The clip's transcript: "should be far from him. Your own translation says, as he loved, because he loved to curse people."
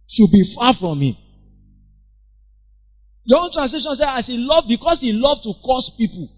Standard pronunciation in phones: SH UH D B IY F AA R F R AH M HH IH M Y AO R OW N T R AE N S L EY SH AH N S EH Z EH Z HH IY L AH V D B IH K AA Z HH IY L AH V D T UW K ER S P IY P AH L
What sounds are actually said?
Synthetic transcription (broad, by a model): SH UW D B IY F AA F R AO M HH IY M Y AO OW N T R AE N S L EY SH AH N S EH AA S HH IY L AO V B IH K AA S HH IY L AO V T UW K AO S P IY P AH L